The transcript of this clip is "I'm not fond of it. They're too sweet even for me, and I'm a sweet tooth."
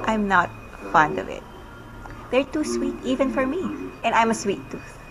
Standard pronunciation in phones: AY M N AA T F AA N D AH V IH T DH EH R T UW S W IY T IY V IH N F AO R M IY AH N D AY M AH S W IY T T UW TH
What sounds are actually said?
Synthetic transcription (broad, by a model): AY M N AA T F AA N D AH V IH T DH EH R T UW S W IY T IY V IH N F AO R M IY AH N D AY M AH S W IY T T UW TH